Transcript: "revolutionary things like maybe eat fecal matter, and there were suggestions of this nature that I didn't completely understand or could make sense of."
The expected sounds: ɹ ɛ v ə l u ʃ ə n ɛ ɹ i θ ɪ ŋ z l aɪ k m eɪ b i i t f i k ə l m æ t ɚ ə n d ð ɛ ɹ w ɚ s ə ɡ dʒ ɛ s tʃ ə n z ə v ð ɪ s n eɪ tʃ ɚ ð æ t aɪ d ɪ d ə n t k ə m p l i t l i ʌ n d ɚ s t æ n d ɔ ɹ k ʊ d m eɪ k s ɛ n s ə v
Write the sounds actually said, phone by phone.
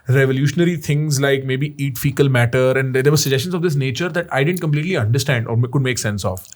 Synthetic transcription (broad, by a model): ɹ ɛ v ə l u ʃ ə n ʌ ɹ i t ɪ ŋ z l aɪ k m eɪ b i i t f i k ə l m æ t ɚ ə n d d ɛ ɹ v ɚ s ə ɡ dʒ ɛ s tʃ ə n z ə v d ɪ s n eɪ tʃ ɚ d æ t aɪ d ɪ d ə n t k ə m p l i t l i ʌ n d ɚ s t æ n d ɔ ɹ k ʊ d m eɪ k s ɛ n s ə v